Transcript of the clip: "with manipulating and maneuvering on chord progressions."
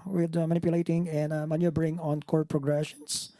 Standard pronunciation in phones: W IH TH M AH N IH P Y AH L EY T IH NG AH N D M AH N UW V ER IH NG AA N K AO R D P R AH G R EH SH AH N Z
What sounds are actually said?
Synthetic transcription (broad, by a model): W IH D M AH N IH P Y AH L EY T IH NG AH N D M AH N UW B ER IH NG AA N K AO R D P R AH G R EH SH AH N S